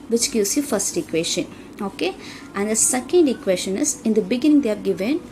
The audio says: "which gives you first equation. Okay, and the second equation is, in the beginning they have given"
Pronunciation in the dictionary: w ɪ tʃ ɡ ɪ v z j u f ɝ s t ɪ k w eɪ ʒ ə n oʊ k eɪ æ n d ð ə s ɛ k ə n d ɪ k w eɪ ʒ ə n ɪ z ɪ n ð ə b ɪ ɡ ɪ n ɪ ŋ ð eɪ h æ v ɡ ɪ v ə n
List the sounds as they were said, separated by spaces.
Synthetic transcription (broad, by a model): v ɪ tʃ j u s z j u f ɝ s t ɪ k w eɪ ʃ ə n oʊ k eɪ æ n d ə s ɛ k ə n d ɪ k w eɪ ʃ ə n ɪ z ɪ n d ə b ɪ ɡ ɪ n ɪ ŋ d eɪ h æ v ɡ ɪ v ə n